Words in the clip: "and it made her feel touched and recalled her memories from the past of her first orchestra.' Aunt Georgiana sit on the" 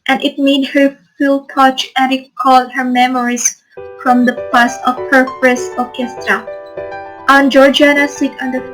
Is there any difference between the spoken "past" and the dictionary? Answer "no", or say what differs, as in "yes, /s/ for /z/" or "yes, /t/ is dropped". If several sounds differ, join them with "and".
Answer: yes, /t/ is dropped